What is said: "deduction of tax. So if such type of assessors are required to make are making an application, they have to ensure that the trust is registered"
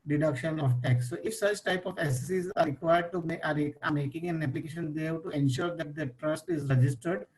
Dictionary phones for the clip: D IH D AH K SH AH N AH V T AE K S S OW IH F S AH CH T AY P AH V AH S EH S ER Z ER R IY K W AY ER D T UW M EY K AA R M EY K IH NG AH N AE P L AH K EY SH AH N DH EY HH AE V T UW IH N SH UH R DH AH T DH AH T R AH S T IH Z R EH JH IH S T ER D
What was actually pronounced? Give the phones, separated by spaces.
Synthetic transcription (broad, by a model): D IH D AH K SH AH N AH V T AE K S S OW IH F S AH CH T AY P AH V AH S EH S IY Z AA R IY K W AY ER D T UW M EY AA R M EY K IH NG AH N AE P L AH K EY SH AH N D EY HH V T UW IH N SH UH R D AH T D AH T R AH S T IH Z R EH JH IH S T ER D